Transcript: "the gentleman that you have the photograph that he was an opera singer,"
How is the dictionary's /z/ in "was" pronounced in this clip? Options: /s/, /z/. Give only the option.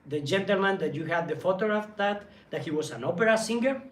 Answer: /s/